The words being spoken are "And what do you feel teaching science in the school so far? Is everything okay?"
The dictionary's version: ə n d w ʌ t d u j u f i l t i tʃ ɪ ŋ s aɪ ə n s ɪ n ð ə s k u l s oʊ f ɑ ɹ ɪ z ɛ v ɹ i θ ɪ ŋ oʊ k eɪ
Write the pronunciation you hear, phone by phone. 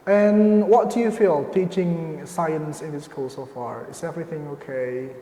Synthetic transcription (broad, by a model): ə n w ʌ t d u j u f i l t i tʃ ɪ ŋ s aɪ ə n s ɪ n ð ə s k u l s oʊ f ɑ ɹ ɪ s ɛ v ɹ i θ ɪ ŋ oʊ k eɪ